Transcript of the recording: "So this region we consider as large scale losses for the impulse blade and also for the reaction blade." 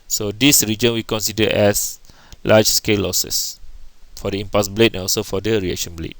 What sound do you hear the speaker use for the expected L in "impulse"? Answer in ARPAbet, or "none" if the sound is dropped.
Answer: none